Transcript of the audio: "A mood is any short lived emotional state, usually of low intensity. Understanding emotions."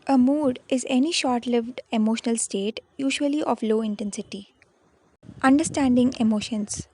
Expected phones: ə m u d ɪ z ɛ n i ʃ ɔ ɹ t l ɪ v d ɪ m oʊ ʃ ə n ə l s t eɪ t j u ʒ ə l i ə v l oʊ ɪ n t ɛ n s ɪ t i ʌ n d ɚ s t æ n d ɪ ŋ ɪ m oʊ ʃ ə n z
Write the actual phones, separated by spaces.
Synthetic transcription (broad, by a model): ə m u d ɪ z ɛ n i ʃ ɔ ɹ t l ɪ v d ɪ m oʊ ʃ ə n ə l s t eɪ t j u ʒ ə l i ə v l oʊ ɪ n t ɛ n s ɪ t i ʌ n d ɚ s t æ n d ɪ ŋ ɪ m oʊ ʃ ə n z